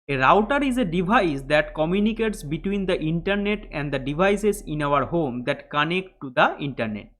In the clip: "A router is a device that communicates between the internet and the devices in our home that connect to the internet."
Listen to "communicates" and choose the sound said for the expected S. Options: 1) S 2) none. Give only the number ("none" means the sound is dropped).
1